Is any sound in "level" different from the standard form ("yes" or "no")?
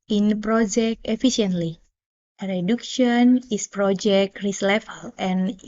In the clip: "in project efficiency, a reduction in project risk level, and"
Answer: yes